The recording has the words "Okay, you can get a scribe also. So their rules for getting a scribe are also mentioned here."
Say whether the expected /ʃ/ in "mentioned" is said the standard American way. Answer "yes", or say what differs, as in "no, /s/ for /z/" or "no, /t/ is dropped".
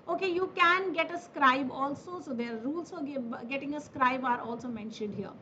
yes